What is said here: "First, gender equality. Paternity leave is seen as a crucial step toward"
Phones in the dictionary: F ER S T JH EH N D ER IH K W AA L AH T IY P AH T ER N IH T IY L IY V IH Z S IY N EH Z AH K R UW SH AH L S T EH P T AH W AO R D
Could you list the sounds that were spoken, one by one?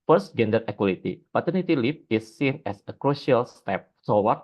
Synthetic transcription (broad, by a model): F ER S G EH N D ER IH K W AA L AH T IY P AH T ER N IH T IY L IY P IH S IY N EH S AH K R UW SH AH L S T EH P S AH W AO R